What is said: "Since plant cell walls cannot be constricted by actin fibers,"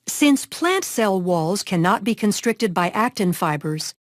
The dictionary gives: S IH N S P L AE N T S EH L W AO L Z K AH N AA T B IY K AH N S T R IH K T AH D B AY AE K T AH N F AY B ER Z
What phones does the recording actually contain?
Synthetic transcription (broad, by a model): S IH N S P L AE N T S EH L W AO L Z K AH N AA T B IY K AH N S T R IH K T AH D B AY AE K T AH N F AY B ER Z